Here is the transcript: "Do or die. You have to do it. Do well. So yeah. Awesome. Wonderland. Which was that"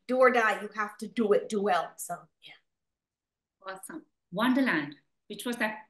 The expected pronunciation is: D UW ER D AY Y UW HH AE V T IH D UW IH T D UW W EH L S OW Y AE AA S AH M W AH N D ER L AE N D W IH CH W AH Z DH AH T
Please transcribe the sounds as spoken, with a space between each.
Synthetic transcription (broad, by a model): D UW ER D AY Y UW HH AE F T IH D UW IH T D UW W EH L S OW Y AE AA S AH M W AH N D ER L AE N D W IH CH W AH Z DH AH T